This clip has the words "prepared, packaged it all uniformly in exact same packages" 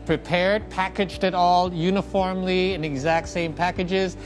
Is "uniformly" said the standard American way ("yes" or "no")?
yes